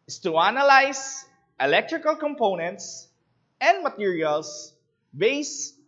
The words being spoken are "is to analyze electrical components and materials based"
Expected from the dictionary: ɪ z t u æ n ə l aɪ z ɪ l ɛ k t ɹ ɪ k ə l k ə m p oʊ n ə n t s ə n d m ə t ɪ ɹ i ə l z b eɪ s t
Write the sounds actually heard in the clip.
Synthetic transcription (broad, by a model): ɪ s t u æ n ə l aɪ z ɪ l ɛ k t ɹ ɪ k ə l k ə m p oʊ n ə n t s ə n d m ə t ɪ ɹ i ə l s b eɪ s